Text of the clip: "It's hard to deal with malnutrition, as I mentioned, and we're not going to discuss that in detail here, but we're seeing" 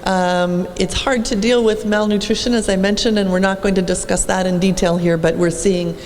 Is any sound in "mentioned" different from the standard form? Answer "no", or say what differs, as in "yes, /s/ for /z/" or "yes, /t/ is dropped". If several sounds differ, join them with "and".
no